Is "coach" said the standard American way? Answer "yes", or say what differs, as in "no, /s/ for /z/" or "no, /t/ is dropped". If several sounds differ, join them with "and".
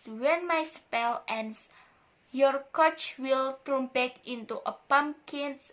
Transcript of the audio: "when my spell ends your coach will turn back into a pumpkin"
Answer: yes